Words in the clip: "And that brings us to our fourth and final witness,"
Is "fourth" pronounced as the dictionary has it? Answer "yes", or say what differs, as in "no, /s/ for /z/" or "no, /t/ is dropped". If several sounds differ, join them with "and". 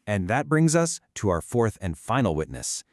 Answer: yes